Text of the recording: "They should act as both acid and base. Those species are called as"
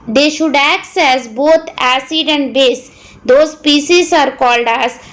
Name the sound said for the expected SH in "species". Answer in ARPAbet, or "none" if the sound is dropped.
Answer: S